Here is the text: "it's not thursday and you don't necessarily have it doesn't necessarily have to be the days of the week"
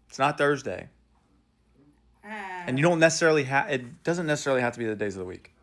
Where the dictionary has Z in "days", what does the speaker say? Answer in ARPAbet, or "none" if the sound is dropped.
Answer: Z